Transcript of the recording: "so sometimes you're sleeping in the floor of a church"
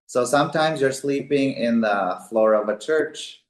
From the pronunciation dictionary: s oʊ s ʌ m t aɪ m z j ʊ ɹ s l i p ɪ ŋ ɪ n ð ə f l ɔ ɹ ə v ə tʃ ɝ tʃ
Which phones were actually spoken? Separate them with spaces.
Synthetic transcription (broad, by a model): s oʊ s ʌ m t aɪ m z j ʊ ɹ s l i p ɪ ŋ ɪ n ð ə f l ɔ ɹ ə v ə tʃ ɝ tʃ